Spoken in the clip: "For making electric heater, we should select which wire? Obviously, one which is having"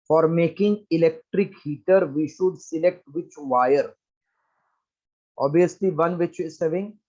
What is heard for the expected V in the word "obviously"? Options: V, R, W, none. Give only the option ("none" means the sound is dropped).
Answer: none